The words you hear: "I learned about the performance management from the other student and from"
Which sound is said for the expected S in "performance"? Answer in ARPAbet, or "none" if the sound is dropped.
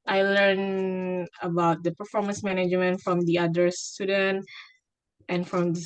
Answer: S